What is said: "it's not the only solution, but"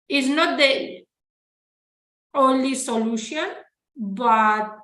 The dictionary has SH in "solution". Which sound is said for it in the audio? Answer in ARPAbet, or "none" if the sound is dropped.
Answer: SH